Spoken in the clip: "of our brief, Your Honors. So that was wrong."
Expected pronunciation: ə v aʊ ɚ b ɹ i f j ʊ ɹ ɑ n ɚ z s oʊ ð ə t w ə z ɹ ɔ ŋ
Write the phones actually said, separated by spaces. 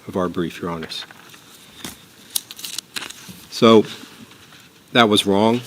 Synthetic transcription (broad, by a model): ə v aʊ ɚ b ɹ i f j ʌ ɹ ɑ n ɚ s s oʊ ð ə t w ə z ɹ ɔ ŋ